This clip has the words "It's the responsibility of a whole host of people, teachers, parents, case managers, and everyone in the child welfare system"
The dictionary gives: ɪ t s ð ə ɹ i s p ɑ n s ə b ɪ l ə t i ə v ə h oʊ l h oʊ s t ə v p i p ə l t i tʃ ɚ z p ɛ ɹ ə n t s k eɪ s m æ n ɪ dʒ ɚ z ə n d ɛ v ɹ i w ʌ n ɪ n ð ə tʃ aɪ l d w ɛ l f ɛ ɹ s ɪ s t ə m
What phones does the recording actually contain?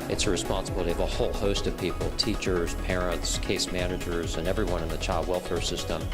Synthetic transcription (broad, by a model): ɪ t s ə ɹ i s p ɑ n s ə b ɪ l ə t i ə v ə h oʊ l h oʊ s t ə v p i p l t i tʃ ɚ z p ɛ ɹ ə n t s k eɪ s m æ n ɪ dʒ ɚ z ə n ɛ v ɹ i w ʌ n ɪ n ð ə tʃ aɪ l d w ɛ l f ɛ ɹ s ɪ s t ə m